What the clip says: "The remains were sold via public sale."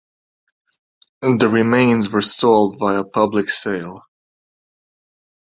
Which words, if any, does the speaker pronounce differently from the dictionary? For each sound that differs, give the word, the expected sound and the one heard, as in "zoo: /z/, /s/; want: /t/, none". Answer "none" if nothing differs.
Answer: via: /v/, /b/